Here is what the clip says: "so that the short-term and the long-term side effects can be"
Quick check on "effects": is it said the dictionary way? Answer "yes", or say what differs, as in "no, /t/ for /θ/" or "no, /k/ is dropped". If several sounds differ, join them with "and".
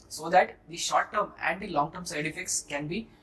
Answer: yes